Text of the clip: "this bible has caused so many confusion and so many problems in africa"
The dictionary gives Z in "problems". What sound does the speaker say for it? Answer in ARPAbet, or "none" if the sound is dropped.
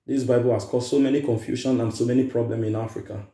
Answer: none